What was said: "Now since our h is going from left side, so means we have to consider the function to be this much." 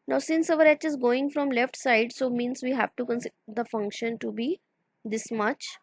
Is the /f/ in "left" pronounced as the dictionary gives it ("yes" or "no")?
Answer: yes